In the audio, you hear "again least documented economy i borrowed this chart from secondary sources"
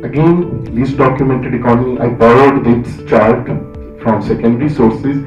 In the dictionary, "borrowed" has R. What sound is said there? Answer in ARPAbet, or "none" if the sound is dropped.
L